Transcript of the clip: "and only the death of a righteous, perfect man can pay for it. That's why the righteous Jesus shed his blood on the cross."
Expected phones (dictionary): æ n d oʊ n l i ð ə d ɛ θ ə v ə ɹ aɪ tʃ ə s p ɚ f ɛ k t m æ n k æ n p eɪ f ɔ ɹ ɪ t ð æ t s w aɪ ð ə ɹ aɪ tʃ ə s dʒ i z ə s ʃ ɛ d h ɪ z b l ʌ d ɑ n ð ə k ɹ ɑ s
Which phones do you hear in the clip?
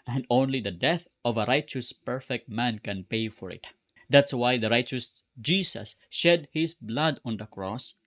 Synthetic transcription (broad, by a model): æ n d oʊ n l i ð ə d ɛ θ ə v ə ɹ aɪ tʃ ə s p ɚ f ɛ k t m æ n k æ n p eɪ f ɔ ɹ ɪ t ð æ t s w aɪ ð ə ɹ aɪ tʃ ə s dʒ i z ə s ʃ ɛ d h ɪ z b l ʌ d ɑ n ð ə k ɹ ɑ s